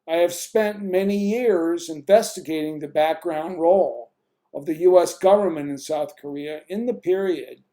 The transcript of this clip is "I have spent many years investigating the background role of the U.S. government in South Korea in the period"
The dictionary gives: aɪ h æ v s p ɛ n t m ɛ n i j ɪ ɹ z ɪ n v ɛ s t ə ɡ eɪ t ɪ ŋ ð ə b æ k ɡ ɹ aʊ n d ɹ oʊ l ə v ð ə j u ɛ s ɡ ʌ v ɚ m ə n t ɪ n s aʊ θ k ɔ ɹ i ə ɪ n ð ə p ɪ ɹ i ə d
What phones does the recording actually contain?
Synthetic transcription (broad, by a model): aɪ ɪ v s p ɛ n t m ɛ n i j ɪ ɹ z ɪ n v ɛ s t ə ɡ eɪ t ɪ ŋ ð ə b æ k ɡ ɹ aʊ n d ɹ oʊ l ə v ð ə j u ɛ s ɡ ʌ v ɚ m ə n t ɪ n s aʊ θ k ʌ ɹ i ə ɪ n ð ə p ɪ ɹ i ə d